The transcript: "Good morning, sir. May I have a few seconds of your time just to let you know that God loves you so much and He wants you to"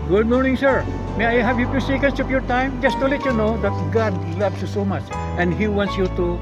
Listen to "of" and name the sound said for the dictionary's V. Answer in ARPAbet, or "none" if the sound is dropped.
P